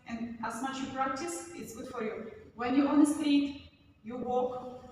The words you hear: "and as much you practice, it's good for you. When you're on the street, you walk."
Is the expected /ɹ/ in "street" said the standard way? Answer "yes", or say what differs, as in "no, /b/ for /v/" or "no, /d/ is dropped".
no, /ɹ/ is dropped